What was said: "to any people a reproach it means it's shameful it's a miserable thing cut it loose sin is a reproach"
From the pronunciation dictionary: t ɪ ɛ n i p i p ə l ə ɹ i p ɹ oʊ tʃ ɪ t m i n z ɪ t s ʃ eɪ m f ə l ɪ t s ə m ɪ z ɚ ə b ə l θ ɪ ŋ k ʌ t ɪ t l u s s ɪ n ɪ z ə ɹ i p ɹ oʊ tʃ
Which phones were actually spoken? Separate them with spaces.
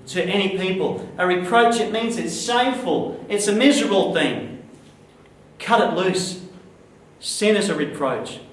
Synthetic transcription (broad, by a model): t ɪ ɛ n i p i p ə l ə ɹ i p ɹ oʊ tʃ ɪ t m i n z ɪ t s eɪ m f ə l ɪ t s ə m ɪ z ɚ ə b l θ ɪ ŋ k ʌ t ɪ t l u s s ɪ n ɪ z ə ɹ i p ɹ oʊ tʃ